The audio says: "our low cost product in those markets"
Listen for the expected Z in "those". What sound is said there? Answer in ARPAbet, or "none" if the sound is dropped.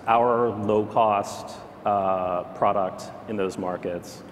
Z